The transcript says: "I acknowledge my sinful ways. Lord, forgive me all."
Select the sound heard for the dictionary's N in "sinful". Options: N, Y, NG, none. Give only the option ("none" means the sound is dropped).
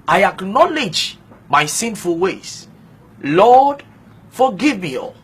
N